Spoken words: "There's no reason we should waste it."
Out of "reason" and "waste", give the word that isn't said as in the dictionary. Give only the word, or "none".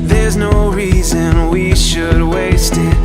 none